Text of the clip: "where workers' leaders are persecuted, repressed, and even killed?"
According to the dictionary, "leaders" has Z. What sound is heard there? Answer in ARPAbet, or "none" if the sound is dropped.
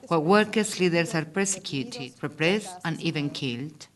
S